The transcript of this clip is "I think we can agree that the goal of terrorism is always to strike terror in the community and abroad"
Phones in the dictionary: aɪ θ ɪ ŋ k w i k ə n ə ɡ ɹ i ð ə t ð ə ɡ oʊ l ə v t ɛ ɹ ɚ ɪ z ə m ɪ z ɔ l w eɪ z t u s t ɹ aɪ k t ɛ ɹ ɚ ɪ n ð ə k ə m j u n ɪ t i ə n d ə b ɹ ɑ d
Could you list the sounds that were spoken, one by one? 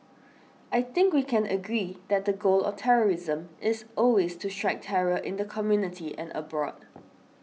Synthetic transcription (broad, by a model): aɪ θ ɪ ŋ k w i k ə n ə ɡ ɹ i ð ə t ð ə ɡ oʊ l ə t ɛ ɹ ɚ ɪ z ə m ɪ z ɔ l w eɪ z t u s t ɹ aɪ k t ɛ ɹ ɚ ɪ n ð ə k ə m j u n ɪ t i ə n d ə b ɹ ɑ d